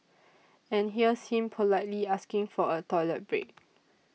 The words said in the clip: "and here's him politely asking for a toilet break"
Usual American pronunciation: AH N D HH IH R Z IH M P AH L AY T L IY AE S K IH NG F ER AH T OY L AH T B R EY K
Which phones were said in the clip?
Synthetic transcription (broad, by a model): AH N HH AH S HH IH M P AH L AY T L IY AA S K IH NG F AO AH T OY L AH T B R EY K